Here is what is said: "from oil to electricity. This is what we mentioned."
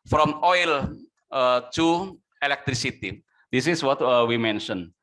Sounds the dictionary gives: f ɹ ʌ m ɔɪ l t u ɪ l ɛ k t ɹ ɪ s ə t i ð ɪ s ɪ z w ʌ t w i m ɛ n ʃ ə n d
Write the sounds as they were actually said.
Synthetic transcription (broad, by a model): f ɹ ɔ m ɔɪ l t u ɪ l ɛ k t ɹ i s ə t i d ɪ s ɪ s w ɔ t w i m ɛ n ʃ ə n